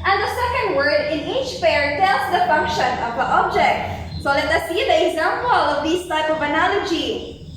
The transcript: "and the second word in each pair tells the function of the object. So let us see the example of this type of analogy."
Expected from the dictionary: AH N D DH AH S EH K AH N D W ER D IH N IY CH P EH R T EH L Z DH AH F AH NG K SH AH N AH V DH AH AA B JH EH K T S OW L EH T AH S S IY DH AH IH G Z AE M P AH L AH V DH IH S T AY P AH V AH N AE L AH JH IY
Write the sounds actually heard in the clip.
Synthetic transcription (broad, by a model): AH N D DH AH S EH K AH N D W ER D IH N IY CH F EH R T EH L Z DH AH F AH NG K SH AH N AH V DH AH AA B JH EH K T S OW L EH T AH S S IY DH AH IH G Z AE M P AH L AH V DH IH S T AY P AH V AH N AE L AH JH IY